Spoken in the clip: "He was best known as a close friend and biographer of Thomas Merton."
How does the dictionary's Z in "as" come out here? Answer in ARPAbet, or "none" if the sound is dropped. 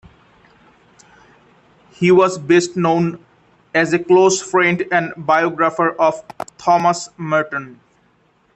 Z